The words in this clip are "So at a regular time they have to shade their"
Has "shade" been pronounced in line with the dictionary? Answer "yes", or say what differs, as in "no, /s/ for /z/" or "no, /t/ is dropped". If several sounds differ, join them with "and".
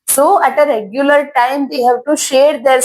yes